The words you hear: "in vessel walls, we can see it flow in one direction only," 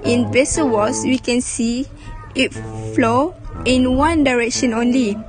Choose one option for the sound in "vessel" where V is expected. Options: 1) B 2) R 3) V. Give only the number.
1